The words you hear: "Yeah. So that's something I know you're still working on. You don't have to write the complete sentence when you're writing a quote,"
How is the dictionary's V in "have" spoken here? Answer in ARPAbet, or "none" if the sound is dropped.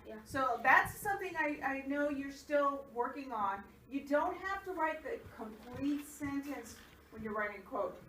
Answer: F